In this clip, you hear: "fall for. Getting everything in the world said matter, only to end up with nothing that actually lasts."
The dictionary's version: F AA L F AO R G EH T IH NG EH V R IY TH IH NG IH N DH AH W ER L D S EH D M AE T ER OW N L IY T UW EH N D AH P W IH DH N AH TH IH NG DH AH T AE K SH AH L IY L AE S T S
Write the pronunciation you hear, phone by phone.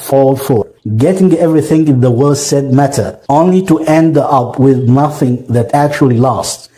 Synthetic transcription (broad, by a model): F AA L F AO R G EH T IH NG EH V R IY TH IH NG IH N DH AH W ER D S EH D M AE T ER OW N L IY T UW EH N D AH P W IH DH N AH TH IH NG DH AH T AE K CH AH L IY L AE S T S